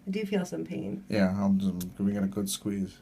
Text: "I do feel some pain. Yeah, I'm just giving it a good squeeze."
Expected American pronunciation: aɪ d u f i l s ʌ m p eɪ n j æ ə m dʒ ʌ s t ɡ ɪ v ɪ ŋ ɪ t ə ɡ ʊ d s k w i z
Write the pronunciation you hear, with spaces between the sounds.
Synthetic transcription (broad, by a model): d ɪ f i l s ʌ m p eɪ n j æ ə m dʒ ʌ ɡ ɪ ɪ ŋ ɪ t ə ɡ ʊ d s k w i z